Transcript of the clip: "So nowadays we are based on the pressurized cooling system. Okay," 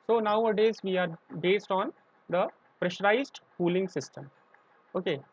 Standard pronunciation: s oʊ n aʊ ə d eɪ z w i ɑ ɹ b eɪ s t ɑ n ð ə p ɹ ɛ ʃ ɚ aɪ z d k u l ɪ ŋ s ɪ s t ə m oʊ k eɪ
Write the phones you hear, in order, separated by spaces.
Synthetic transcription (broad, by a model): s oʊ n aʊ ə d eɪ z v i ɑ ɹ b eɪ s t ɑ n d ə p ɹ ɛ ʃ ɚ aɪ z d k u l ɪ ŋ s ɪ s t ə m oʊ k eɪ